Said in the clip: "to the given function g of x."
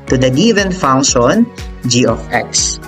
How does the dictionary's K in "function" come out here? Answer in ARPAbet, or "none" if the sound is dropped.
none